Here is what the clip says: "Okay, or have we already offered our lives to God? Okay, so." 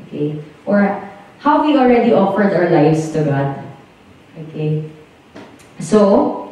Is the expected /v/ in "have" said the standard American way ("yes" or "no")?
no